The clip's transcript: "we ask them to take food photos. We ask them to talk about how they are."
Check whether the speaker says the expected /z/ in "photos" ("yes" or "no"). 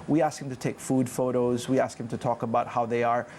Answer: yes